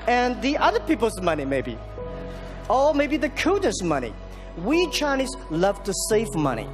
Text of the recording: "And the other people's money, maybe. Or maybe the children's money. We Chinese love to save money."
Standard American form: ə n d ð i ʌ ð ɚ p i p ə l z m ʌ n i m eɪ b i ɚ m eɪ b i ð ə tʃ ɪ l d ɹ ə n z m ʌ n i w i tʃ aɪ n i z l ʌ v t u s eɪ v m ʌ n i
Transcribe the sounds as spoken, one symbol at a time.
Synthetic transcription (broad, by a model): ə n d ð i ʌ ð ɚ p i p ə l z m ʌ n i m eɪ b i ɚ m eɪ b i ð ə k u d ə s m ʌ n i w i tʃ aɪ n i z l ʌ v t u s eɪ v m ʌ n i